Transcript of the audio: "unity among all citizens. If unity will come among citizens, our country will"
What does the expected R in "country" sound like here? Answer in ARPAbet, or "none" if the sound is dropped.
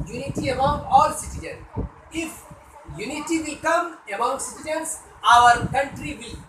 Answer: R